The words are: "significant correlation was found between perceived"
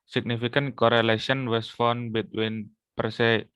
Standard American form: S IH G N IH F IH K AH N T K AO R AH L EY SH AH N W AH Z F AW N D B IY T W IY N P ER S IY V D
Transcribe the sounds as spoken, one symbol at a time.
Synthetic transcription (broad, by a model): S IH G N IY F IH K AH N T K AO R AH L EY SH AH N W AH S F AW N B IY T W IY N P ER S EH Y